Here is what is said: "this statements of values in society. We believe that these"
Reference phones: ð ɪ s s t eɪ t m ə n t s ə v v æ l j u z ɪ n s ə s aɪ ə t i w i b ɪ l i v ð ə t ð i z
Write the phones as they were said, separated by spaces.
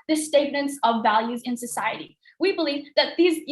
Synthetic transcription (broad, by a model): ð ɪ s s t eɪ t m ə n t s ə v v æ l j u z ɪ n s ə s aɪ ə t i w i b ɪ l i v ð ə t ð i z